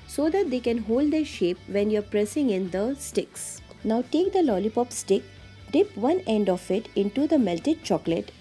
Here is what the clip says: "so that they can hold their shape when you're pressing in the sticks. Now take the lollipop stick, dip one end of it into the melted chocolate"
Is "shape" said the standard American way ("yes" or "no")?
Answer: yes